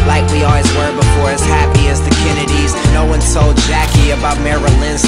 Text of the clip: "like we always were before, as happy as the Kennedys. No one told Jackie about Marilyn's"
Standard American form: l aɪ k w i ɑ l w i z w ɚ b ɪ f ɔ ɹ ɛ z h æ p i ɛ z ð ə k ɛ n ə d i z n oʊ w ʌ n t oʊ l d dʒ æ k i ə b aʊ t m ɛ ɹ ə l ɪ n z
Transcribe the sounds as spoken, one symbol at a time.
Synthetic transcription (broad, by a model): l aɪ k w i ɑ l w i z w ɚ b ɪ f ɔ ɹ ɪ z h æ p i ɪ z ð ə k ɛ n ə d i z n oʊ w ʌ n s oʊ l d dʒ æ k i ə b aʊ t m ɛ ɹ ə l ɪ n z